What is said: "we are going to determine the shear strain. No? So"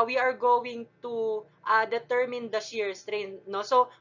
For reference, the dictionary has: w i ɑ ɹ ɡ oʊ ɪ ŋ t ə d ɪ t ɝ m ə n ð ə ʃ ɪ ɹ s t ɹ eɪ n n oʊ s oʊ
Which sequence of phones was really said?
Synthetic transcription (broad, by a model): w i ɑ ɹ ɡ oʊ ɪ ŋ t ə d ɪ t ɝ m ə n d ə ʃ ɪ ɹ s t ɹ eɪ n n oʊ s oʊ